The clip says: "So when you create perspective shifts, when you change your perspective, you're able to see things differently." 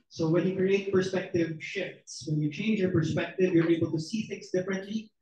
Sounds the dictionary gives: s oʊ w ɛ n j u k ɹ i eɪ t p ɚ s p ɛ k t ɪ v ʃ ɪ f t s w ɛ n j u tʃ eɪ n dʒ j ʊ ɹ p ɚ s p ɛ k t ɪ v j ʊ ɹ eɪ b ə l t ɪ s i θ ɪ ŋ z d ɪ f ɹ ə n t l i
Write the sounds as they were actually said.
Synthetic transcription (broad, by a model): s oʊ w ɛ n j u k ɹ i eɪ t p ɚ s p ɛ k t ɪ v ʃ ɪ f t s w ɛ n j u tʃ eɪ n dʒ j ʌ ɹ p ɚ s p ɛ k t ɪ v j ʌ ɹ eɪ b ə l t ɪ s i θ ɪ ŋ z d ɪ f ɹ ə n t l i